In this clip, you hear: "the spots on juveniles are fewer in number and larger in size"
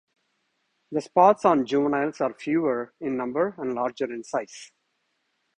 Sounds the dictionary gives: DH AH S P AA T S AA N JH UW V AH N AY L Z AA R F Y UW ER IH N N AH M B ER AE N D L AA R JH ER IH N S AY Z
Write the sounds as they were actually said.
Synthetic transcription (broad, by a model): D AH S P AA T S AA N JH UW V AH N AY L S AA R F Y UW ER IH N N AH M B ER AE N D L AA R JH ER IH N S AY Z